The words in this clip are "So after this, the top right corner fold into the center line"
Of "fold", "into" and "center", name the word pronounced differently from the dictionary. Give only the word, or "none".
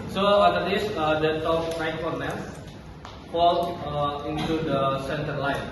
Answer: fold